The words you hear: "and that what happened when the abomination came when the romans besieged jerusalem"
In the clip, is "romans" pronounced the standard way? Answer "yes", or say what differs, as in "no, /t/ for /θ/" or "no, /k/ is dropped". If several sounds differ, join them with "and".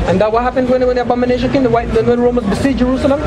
no, /n/ is dropped